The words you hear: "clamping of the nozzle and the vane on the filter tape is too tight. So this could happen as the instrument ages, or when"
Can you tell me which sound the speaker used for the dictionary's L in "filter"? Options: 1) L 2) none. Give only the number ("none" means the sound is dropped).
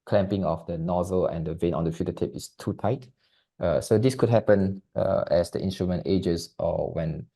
2